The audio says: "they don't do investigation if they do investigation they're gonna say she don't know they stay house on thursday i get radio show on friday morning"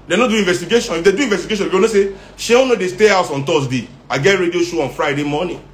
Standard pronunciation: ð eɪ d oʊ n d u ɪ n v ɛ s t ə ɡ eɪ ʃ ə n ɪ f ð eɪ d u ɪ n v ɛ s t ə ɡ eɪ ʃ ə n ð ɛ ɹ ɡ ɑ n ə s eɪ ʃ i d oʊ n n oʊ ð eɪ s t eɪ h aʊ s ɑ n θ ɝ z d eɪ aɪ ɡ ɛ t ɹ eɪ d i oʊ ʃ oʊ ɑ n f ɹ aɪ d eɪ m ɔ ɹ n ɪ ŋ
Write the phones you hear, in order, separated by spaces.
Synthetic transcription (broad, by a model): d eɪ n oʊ d u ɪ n v ɛ s t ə ɡ eɪ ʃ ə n ɪ f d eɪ d u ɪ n v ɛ s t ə ɡ eɪ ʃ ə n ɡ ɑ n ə s eɪ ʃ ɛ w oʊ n n oʊ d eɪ s t eɪ h aʊ s ɑ n t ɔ s d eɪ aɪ ɡ ɛ t ɹ eɪ d i oʊ ʃ oʊ ɑ n f ɹ aɪ d eɪ m ɔ n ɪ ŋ